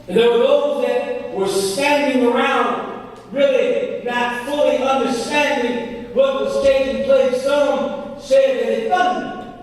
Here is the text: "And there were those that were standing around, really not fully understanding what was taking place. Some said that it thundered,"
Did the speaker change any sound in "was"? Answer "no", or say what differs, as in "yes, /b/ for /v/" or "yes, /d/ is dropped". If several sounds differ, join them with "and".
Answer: yes, /s/ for /z/